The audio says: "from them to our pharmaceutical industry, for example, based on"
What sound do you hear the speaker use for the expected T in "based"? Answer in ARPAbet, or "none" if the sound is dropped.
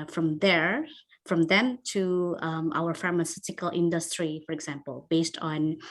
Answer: T